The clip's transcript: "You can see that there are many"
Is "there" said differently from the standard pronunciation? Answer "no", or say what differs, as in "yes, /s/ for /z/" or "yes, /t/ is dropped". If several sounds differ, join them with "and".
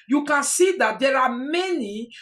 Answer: yes, /l/ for /ɹ/